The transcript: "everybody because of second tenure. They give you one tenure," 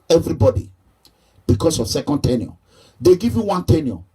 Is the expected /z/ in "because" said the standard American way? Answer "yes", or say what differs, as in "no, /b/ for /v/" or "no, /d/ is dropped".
no, /s/ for /z/